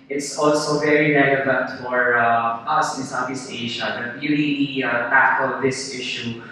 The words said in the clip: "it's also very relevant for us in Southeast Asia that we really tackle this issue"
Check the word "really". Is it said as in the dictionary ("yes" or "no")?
no